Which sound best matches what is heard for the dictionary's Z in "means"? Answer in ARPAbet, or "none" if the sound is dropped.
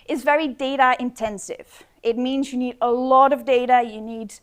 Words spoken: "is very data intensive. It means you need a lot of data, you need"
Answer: Z